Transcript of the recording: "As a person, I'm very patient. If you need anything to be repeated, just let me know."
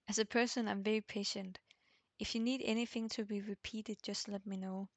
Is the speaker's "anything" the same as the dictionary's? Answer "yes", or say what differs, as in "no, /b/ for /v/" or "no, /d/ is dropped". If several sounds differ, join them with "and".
yes